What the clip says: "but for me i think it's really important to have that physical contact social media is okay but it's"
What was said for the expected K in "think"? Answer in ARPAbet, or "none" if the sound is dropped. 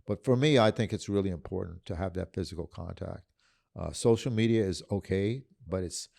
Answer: K